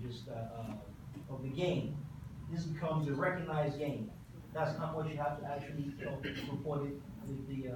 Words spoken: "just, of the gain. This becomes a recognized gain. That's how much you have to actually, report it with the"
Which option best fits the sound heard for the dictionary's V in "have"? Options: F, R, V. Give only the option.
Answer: F